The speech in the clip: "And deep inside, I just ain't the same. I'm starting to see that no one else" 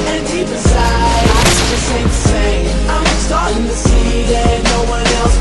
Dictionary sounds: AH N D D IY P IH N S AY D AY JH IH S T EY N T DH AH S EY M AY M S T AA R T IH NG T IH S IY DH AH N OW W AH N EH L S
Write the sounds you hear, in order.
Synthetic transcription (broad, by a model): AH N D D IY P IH S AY AY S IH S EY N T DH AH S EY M AY M S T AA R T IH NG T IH S IY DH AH N OW W AH N EH L S